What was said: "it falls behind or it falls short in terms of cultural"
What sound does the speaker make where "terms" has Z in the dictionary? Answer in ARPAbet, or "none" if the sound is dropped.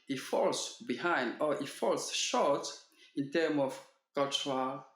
none